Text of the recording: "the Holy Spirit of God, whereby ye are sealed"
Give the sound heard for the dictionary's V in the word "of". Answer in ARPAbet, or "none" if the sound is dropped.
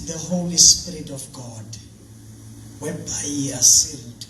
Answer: F